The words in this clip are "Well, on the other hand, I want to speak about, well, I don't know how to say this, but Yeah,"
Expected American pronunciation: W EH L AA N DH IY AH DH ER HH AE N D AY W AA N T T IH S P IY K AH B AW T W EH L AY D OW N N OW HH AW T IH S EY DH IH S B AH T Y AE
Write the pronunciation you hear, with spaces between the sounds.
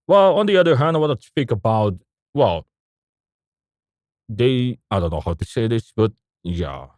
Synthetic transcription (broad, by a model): W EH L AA N DH IY AH DH ER HH AE N D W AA T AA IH S P IY K AH B AW T W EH L AY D OW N N OW HH AW T IH S EY DH IH S B AH T Y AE